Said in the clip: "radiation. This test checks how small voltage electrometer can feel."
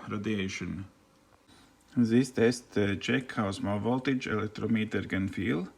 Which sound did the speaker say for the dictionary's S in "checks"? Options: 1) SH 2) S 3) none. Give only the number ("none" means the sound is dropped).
3